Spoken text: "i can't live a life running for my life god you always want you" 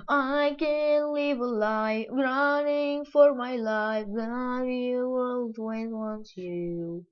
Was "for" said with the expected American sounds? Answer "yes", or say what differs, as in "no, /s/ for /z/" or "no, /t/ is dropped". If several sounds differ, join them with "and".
yes